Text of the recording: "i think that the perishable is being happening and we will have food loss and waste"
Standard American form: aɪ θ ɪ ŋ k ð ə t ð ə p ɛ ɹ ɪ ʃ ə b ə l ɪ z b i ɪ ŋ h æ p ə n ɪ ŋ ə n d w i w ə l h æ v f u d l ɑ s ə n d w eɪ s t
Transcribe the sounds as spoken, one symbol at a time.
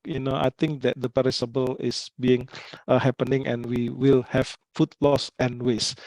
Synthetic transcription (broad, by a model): aɪ t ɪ ŋ k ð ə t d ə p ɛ ɹ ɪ s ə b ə l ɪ s b i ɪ ŋ h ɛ p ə n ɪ ŋ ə n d w i w ə l h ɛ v f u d l ɑ s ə n w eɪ s